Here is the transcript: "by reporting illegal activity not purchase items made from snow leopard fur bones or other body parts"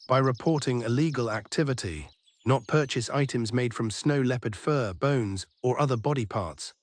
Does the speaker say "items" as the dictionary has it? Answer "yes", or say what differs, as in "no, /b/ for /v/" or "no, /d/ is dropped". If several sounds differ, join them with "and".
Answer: yes